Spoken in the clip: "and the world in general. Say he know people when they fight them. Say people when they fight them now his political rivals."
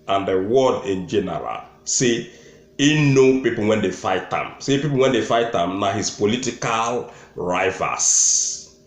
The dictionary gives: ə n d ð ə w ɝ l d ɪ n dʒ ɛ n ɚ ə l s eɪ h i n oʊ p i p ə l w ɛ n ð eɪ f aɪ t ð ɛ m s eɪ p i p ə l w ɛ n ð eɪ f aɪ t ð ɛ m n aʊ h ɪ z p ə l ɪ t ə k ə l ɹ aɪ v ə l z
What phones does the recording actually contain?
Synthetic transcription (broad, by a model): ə n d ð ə w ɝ d ɪ n dʒ ɛ n ɚ ə l s eɪ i n oʊ p i p ə l w ɛ n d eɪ f aɪ t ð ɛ m s eɪ p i p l w ɛ n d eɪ f aɪ t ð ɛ m n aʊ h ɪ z p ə l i t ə k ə l ɹ aɪ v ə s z